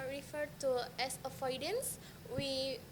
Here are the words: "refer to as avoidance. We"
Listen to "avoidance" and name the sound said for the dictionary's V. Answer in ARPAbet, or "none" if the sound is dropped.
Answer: F